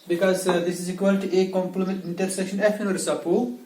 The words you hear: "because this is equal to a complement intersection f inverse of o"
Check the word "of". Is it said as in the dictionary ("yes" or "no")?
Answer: no